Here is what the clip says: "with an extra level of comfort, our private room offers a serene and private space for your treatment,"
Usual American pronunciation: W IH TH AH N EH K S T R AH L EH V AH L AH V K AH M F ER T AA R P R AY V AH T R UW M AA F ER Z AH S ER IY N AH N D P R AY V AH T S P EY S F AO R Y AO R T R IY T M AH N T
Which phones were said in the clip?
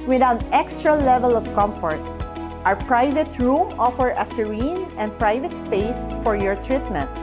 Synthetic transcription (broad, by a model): W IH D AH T EH K S T R AH L EH V AH L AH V K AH M F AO T AA R P R AY V AH T R UW M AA F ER AH S ER IY N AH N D P R AY V AH T S P EY S F AO R Y AO R T R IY T M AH N T